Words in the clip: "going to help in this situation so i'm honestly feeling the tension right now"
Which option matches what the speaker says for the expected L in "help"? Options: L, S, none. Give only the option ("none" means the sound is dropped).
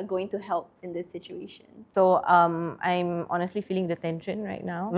L